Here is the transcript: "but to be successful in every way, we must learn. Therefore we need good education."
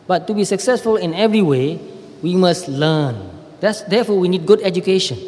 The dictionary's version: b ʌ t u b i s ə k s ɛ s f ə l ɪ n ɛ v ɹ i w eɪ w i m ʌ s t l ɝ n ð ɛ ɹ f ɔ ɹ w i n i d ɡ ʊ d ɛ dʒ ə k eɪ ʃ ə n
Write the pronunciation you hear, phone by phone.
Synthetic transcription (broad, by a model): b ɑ t u b i s ə k s ɛ s f ə l ɪ n ɛ v ɹ i w eɪ w i m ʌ s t l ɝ n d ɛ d f ɔ w i n i d ɡ ʊ d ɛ dʒ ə k eɪ ʃ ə n